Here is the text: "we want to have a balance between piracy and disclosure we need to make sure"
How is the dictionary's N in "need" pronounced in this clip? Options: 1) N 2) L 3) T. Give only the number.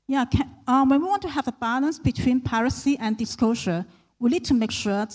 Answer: 2